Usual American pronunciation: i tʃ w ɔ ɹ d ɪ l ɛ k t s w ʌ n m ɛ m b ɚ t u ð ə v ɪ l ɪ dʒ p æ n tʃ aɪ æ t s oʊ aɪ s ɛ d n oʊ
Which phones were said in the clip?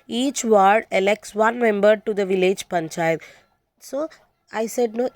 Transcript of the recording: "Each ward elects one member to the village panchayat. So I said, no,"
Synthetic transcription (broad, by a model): i tʃ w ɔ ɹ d ɪ l ɛ k t s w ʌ n m ɛ m b ɚ t u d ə v ɪ l ɪ dʒ p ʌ n tʃ aɪ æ t s oʊ aɪ s ɛ d n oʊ